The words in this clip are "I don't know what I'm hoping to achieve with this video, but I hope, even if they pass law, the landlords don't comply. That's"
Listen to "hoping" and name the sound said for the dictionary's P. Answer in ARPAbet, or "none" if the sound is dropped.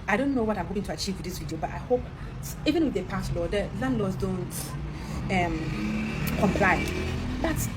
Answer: none